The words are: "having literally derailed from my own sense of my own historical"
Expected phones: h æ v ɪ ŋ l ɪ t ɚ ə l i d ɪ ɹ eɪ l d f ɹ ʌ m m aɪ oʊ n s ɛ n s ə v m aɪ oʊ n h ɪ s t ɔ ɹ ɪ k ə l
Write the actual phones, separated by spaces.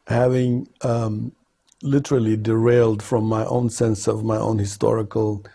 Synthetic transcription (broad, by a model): h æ v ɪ ŋ l ɪ t ɚ ə l i d ɪ ɹ eɪ l d f ɹ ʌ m m aɪ oʊ n s ɛ n s ə v m aɪ oʊ n h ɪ s t ɔ ɹ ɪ k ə l